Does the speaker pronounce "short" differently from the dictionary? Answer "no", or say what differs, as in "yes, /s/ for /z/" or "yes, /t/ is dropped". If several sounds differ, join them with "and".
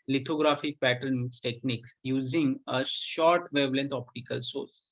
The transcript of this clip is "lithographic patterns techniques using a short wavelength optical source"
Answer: no